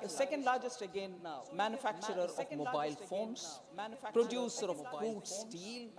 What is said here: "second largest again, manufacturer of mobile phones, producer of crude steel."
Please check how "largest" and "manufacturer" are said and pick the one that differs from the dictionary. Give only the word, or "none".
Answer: none